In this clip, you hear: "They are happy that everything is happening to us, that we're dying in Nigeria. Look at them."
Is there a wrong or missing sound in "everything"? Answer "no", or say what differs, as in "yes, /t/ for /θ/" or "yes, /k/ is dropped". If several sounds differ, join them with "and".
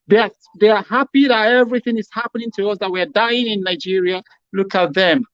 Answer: no